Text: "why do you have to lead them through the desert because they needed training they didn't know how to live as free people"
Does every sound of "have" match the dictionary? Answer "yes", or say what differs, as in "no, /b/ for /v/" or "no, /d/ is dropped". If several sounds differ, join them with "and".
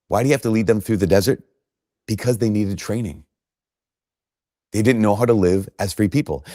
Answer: no, /f/ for /v/